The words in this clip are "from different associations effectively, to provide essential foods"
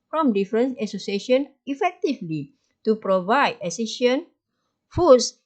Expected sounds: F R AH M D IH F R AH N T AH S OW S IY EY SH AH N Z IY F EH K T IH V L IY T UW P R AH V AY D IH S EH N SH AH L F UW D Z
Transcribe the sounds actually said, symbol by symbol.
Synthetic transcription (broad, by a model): F R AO M D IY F R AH N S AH S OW S IY EY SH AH N IY F EH K T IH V L IY T UW P R AH V AY D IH S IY SH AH N F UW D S